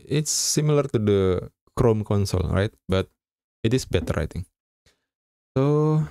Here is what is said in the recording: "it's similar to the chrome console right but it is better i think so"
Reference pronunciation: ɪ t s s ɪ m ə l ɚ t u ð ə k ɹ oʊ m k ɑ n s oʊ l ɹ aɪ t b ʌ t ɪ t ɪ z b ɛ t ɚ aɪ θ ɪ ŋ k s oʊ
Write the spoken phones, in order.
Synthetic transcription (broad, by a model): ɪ t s s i m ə l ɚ t u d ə k ɹ oʊ m k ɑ n s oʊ l ɹ aɪ t b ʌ t ɪ t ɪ s b ɛ t ɚ aɪ t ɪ ŋ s oʊ